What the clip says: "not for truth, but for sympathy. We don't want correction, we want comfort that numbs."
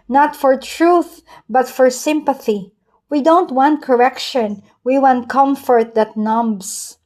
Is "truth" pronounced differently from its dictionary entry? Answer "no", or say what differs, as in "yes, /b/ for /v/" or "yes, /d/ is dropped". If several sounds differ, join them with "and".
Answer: no